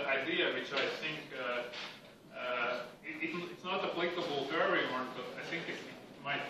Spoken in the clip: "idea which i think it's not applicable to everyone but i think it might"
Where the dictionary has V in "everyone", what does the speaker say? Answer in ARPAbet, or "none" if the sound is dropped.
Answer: none